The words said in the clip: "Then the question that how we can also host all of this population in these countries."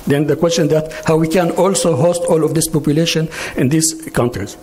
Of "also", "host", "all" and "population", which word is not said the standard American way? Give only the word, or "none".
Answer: none